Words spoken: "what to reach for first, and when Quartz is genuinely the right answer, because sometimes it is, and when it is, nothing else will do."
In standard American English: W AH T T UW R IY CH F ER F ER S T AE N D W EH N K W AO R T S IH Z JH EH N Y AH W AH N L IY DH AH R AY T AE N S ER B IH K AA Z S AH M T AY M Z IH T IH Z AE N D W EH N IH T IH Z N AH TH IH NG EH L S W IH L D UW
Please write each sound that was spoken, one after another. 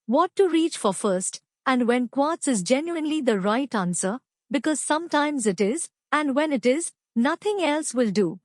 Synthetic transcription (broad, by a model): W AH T T UW R IY CH F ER F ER S T AE N D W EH N K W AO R T S IH Z JH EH N Y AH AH N L IY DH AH R AY T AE N S ER B IH K AA Z S AH M T AY M Z IH T IH Z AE N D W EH N IH T IH Z N AH T IH NG EH L S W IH L D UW